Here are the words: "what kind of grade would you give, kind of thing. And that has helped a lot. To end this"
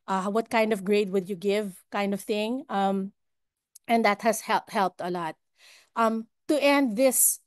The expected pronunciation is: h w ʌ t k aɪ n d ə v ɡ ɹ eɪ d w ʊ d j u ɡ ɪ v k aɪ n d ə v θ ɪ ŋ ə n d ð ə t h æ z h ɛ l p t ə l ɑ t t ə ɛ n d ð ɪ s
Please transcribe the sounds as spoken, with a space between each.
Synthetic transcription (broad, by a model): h w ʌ t k aɪ n d ə v ɡ ɹ eɪ d w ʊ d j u ɡ ɪ v k aɪ n d ə v θ ɪ ŋ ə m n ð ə t h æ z h ɛ l p t ə l ɑ t t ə ɛ n d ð ɪ s